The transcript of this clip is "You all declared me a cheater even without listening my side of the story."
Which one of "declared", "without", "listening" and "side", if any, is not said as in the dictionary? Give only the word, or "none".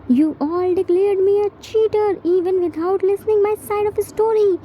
without